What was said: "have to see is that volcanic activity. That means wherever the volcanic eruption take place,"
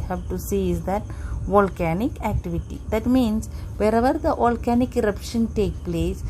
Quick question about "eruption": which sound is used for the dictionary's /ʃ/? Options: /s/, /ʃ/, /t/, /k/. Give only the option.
/ʃ/